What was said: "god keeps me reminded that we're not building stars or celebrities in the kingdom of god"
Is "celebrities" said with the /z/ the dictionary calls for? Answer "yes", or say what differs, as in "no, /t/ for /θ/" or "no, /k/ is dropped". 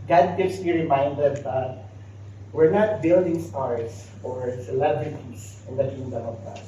no, /s/ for /z/